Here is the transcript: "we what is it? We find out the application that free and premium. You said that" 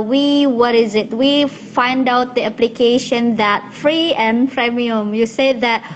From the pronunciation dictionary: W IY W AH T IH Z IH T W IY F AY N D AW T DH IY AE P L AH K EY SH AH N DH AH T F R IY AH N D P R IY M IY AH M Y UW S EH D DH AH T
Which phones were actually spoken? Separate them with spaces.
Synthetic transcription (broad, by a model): W IY W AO T IH Z IH T W IY F AY N D AW T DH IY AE P L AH K EY SH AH N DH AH T F R IY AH N P R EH M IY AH M Y UW S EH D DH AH T